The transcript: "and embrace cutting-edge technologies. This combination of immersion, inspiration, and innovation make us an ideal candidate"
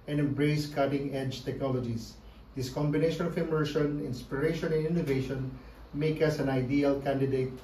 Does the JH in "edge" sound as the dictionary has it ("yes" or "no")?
yes